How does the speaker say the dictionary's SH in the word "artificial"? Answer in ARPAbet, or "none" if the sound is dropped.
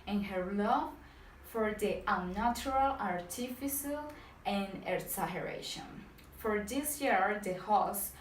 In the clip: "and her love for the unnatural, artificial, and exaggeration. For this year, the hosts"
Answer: S